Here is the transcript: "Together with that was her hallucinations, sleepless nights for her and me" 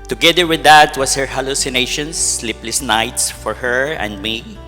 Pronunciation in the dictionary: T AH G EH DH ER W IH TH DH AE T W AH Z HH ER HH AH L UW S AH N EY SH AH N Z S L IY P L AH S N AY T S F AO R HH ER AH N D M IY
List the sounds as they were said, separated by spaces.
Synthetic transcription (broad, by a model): T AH G EH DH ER W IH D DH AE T W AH S HH ER HH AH L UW S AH N EY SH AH N S L IY P L AH S N AY T S F AO R HH ER AH N D M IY